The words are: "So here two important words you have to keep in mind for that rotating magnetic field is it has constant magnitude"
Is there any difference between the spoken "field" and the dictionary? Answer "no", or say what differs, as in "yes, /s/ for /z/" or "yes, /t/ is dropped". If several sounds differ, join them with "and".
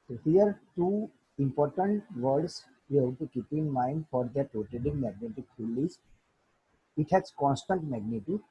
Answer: yes, /d/ is dropped